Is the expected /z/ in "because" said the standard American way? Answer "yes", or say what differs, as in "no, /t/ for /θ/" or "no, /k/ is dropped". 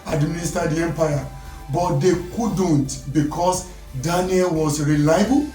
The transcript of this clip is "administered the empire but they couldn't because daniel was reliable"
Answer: no, /s/ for /z/